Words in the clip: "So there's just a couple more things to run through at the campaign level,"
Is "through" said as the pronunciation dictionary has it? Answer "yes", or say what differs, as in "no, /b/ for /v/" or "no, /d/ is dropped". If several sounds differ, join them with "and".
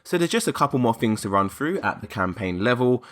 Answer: yes